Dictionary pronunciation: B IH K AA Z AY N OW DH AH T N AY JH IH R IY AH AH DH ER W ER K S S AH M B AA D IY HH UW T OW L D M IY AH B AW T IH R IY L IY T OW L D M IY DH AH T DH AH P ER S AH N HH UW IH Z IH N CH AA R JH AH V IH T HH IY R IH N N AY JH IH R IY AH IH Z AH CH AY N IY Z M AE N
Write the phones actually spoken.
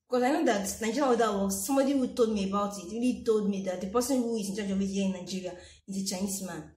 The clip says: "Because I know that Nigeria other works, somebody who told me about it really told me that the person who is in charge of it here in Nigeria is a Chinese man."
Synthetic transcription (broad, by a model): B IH K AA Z AY N OW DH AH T N AY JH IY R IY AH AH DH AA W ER S S AH M B AA D IY HH UW T OW L D M IY AH B AW T IH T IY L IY T OW L D M IY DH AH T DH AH P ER S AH N HH UW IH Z IH N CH AA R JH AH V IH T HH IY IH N N AY JH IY R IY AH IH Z AH CH AY N IY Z M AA N